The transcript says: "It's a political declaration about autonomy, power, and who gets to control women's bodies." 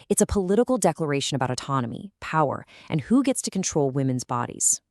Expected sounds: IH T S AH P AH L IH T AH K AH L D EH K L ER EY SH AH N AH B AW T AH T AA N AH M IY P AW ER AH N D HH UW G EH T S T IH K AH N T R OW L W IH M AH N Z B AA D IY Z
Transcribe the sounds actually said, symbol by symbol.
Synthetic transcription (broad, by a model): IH T S AH P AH L IH T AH K L D EH K L ER EY SH AH N AH B AW T AH T AA N AH M IY P AW ER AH N HH UW G EH T S T IH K N T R OW L W IH M AH N Z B AA D IY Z